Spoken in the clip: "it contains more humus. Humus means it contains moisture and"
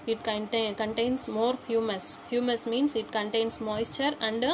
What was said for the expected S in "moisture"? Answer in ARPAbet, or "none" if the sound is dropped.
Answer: S